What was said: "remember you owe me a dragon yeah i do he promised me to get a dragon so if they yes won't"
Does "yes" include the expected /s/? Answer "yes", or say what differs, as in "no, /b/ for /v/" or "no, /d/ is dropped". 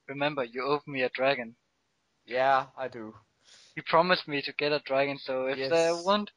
no, /s/ is dropped